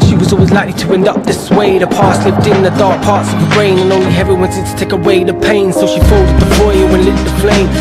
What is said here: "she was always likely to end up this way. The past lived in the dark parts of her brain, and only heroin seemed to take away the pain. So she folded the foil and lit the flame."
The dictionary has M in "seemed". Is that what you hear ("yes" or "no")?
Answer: no